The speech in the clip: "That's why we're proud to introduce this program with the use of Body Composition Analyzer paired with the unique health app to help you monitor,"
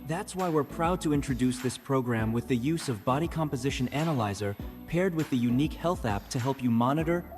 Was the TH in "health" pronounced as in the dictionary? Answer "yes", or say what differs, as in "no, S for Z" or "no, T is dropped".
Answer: yes